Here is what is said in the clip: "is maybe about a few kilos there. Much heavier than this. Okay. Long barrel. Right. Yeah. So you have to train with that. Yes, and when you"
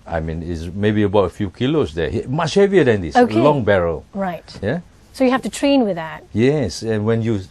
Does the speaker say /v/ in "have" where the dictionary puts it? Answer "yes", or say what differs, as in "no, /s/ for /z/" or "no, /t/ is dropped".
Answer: no, /f/ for /v/